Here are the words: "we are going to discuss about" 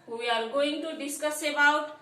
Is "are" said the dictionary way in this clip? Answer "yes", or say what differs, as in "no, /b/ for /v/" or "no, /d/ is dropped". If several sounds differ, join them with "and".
no, /l/ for /ɹ/